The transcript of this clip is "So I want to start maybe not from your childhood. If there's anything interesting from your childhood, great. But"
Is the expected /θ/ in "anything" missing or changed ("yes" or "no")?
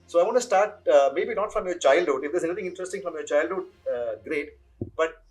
yes